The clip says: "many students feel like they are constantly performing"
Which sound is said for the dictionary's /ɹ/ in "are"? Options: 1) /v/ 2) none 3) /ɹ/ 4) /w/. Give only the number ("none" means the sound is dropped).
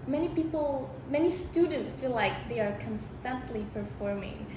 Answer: 3